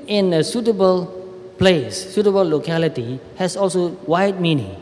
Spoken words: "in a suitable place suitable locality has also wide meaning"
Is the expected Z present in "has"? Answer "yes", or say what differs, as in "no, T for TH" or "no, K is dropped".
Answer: no, S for Z